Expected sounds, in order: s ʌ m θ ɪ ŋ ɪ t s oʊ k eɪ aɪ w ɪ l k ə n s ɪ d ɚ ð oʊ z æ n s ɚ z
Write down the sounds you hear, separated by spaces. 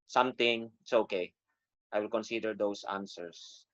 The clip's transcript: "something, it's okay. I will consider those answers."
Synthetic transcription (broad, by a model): s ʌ m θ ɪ ŋ ɪ t s oʊ k eɪ aɪ w ɪ l k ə n s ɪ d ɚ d oʊ s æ n s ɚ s